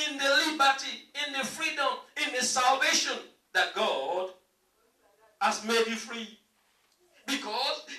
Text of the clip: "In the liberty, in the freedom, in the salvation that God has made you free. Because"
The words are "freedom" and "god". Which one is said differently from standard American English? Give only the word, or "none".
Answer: none